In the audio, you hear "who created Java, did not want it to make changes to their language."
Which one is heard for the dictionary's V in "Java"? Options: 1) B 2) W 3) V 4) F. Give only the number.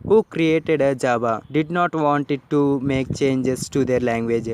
1